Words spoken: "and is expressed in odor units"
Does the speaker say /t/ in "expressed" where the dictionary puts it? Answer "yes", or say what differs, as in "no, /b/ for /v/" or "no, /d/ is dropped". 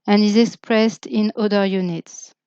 yes